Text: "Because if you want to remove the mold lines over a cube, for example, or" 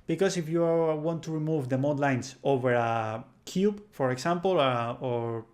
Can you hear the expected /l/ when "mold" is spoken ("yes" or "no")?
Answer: no